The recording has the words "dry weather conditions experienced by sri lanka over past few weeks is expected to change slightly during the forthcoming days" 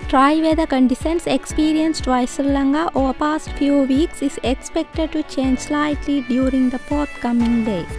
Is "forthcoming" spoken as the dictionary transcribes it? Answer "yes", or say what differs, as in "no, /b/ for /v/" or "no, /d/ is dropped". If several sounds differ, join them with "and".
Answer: no, /p/ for /f/ and /t/ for /θ/